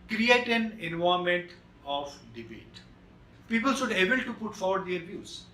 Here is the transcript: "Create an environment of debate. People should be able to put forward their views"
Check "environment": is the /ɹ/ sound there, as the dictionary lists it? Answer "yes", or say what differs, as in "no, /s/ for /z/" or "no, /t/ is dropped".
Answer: no, /ɹ/ is dropped